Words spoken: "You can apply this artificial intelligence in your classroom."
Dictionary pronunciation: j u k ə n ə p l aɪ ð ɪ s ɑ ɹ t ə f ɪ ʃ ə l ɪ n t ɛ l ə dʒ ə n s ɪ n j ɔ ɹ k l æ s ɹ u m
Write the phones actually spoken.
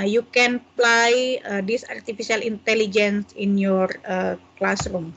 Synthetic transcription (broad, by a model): j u k ə n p l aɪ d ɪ s ɑ ɹ t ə f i s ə l ɪ n t ɛ l ə dʒ ə n s ɪ n j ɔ ɹ k l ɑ s ɹ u m